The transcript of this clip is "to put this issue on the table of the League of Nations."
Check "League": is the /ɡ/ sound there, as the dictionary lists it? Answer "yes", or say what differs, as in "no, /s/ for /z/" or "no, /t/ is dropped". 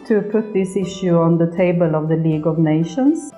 yes